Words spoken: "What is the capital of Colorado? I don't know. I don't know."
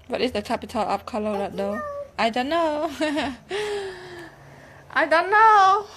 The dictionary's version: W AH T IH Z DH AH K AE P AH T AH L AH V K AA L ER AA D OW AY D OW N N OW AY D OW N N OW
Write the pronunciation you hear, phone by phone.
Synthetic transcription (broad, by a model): W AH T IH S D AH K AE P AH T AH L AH P K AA L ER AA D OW AY D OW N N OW AY D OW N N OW